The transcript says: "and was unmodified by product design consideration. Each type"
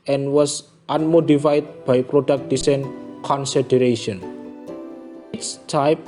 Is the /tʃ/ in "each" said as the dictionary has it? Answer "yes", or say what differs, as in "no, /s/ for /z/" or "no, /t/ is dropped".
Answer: no, /s/ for /tʃ/